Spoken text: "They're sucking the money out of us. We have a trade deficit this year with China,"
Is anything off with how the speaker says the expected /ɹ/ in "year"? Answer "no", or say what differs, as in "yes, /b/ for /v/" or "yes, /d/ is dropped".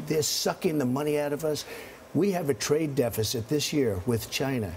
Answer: no